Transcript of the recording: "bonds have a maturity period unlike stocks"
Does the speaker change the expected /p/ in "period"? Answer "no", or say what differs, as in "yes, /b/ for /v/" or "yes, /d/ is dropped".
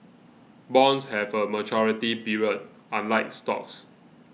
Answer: yes, /b/ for /p/